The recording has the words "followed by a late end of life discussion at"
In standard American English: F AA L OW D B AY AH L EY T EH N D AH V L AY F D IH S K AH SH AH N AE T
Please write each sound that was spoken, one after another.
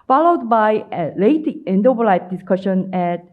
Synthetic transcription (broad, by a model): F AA L OW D B AY AH L EY T EH N D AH B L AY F D IH S K AH SH AH N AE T